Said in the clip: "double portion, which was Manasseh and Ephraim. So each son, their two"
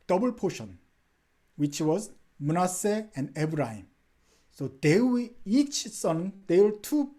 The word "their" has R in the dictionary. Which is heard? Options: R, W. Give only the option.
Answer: W